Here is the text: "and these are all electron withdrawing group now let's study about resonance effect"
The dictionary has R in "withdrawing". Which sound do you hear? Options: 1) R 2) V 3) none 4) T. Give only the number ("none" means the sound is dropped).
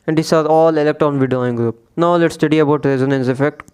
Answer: 3